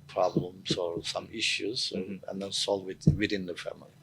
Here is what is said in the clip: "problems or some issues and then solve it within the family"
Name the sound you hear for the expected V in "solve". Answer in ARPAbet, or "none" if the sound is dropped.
W